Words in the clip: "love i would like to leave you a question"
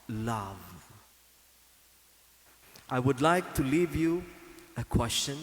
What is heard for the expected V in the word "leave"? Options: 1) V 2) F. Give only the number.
1